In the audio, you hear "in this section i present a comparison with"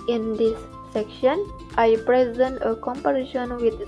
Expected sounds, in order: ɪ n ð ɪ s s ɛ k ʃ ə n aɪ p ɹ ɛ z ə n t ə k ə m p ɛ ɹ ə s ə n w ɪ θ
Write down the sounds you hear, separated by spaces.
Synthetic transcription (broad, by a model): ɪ n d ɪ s s ɛ k ʃ ə n aɪ p ɹ ɛ z ə n t ə k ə m p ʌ ɹ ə ʃ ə n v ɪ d